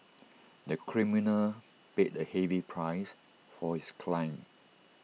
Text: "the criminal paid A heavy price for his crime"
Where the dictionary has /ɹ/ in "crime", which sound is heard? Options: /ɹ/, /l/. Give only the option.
/l/